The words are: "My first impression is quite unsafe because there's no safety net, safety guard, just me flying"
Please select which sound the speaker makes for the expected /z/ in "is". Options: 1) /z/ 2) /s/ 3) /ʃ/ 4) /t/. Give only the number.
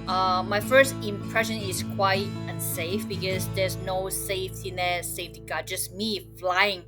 2